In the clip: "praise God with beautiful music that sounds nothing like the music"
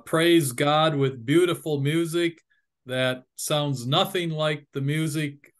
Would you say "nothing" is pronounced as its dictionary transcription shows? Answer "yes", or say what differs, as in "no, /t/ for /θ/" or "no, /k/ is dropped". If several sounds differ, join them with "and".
yes